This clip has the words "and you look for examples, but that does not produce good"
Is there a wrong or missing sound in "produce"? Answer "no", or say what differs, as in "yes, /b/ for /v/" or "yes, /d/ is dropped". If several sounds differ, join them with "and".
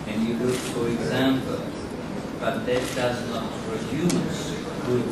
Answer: yes, /f/ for /p/